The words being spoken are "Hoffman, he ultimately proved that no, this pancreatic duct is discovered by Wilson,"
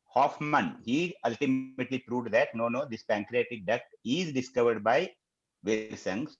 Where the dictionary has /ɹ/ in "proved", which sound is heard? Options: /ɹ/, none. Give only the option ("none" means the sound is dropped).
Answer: /ɹ/